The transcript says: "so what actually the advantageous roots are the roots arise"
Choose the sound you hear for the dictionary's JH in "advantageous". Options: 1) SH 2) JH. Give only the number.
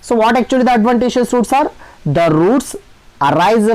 1